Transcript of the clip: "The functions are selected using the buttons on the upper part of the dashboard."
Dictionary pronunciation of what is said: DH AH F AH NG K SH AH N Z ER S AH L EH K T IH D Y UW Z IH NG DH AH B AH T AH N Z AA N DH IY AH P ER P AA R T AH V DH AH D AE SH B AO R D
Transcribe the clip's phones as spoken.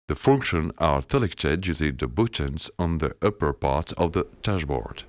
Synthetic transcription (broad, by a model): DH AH F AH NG K SH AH N ER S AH L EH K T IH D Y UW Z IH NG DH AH B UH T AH N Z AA N DH IY AH P ER P AA R T AH V DH AH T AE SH B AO R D